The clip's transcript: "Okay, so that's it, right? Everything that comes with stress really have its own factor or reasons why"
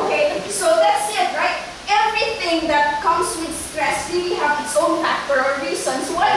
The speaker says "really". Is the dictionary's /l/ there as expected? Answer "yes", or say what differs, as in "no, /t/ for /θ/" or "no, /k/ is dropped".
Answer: no, /w/ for /l/